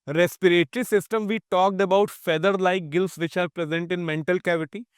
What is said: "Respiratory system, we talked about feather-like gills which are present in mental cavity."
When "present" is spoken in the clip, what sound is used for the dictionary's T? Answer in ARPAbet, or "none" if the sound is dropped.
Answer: T